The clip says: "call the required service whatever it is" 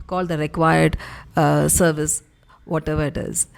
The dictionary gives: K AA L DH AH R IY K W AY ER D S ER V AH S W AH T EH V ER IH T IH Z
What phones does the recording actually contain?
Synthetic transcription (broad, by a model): K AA L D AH R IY K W AY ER D S ER V AH S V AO T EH V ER IH T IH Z